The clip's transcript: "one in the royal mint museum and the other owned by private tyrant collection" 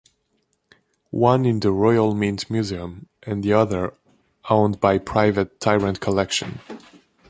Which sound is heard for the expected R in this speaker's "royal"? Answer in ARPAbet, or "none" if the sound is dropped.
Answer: R